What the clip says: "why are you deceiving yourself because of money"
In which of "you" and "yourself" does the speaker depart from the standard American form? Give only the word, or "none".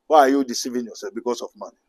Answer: yourself